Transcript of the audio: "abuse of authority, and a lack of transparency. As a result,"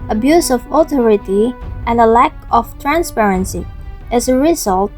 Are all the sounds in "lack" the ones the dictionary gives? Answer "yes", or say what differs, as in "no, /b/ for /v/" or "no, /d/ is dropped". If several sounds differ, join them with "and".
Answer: yes